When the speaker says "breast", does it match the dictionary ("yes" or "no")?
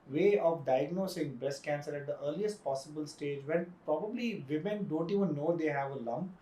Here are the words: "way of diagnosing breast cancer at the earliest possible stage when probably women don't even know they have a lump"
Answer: no